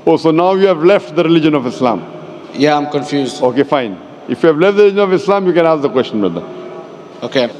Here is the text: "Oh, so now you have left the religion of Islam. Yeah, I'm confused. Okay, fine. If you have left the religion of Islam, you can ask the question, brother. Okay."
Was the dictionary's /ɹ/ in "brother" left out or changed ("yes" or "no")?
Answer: yes